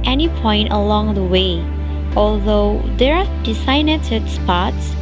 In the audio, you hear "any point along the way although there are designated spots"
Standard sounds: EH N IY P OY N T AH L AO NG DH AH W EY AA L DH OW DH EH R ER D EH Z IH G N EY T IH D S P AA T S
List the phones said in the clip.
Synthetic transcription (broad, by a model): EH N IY P OY N T AH L AO NG DH AH W EY AA L DH OW DH EH R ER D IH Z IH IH N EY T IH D S P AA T S